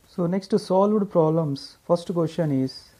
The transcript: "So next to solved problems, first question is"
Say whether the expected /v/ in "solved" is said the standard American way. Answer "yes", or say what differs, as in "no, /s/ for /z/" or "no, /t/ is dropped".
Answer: yes